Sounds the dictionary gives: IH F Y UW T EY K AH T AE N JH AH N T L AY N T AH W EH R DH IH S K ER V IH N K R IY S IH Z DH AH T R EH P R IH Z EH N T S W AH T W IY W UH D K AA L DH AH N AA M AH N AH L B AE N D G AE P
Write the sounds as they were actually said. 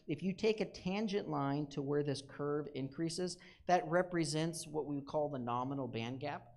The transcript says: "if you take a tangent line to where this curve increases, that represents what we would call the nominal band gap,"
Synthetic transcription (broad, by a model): IH F Y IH T EY K AH T AE N JH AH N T L AY N T AH W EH R DH IH S K ER V IH N K R IY S IH Z DH AH T R EH P R IH Z EH N T S W AH T W IY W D K AA L DH AH N AA M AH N L B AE N G AE P